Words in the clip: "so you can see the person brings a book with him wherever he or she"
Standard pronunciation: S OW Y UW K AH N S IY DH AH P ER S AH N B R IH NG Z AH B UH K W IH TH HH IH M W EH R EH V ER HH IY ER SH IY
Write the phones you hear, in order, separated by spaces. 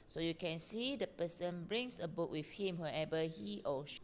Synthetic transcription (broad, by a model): S OW Y UW K AH N S IY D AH P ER S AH N B R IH NG S AH B UH K W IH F HH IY M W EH EH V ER HH IY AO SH